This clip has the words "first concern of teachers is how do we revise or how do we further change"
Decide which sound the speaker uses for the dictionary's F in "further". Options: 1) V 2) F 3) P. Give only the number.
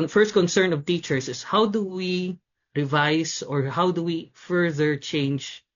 2